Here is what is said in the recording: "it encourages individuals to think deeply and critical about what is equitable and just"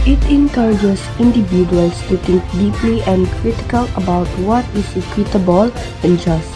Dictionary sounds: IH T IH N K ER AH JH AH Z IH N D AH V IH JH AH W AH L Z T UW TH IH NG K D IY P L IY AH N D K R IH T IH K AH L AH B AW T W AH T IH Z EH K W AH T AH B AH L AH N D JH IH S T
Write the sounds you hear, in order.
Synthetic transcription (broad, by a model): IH T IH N K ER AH JH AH S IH N D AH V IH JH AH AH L S T UW T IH NG K D IY P L IY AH N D K R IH T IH K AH L AH B AW T W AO T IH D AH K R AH T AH B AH L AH N JH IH S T